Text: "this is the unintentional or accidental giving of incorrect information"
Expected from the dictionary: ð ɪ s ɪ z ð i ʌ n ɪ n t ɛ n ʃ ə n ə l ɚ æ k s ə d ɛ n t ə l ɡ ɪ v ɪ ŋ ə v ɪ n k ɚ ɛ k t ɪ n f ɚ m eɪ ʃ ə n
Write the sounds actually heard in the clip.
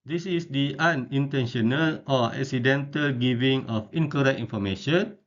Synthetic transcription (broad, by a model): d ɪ s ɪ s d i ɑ n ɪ n t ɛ n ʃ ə n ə l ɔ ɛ k s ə d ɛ n t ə l ɡ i v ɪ ŋ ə f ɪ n k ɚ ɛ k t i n f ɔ m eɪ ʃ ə n